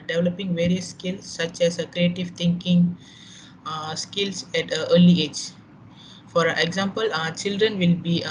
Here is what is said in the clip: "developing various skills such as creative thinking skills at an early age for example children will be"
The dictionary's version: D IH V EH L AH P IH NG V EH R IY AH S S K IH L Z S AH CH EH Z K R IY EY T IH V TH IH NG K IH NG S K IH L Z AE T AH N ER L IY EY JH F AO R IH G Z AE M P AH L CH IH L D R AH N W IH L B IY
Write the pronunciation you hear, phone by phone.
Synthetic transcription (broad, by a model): D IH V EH L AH P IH NG V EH R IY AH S S K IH L S AH CH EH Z K R IY EY T IH V T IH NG K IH NG S K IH L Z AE T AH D L IY EY JH F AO R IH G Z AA M P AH L CH IH L D R AH N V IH L B IY